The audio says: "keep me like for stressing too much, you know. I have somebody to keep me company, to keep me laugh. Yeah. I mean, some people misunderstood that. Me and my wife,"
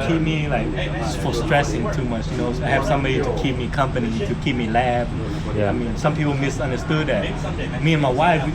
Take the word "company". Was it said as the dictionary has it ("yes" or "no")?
yes